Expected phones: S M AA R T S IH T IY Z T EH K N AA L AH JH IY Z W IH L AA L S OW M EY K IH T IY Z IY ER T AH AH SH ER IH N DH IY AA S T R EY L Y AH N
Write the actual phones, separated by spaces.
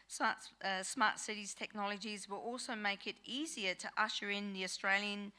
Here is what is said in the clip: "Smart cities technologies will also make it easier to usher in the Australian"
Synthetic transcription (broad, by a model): S M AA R T S IH T IY Z T EH K N AA L AH JH IY Z W IH L AA L S OW M EY K IH T IY Z IY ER T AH AH SH ER IH N DH IY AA S T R EY L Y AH N